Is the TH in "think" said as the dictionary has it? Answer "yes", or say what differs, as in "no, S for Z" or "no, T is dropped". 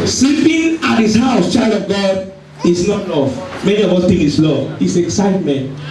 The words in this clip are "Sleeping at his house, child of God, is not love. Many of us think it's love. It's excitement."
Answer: no, T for TH